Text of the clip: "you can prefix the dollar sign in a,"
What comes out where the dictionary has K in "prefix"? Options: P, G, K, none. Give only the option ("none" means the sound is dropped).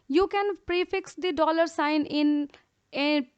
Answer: K